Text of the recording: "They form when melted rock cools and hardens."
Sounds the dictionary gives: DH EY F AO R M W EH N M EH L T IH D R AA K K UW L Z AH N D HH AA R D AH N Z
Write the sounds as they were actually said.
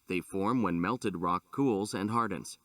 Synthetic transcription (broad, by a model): DH EY F AO R M W EH N M EH L T IH D R AA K K UW L Z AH N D HH AA R D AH N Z